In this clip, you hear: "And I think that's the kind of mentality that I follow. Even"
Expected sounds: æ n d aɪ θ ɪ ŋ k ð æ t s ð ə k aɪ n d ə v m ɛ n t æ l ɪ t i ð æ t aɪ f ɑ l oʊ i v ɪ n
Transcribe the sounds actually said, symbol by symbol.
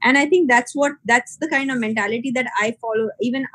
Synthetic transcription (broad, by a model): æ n d aɪ t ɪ ŋ k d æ t s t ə k aɪ n d ə v m ɛ n t æ l ɪ t i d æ t aɪ f ɑ l oʊ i v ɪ n